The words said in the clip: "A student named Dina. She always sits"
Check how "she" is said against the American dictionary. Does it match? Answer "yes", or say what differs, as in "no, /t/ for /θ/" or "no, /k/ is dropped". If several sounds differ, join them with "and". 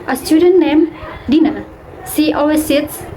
no, /s/ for /ʃ/